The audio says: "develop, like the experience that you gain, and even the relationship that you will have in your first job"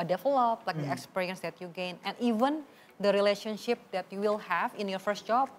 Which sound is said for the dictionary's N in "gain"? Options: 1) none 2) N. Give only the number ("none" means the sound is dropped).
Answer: 2